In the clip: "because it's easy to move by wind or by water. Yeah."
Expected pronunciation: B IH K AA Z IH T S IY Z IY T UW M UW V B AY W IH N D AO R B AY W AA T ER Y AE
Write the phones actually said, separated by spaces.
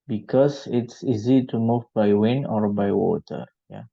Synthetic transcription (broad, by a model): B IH K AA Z IH T S IY Z IY T UW M UW V B AY W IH N AO R B AY W AA T ER Y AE